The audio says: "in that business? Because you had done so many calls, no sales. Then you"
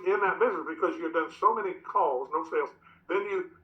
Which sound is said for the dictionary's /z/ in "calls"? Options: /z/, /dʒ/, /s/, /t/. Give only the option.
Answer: /z/